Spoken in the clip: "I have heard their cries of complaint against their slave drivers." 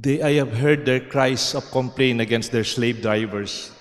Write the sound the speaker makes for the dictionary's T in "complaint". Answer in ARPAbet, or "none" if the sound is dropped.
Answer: none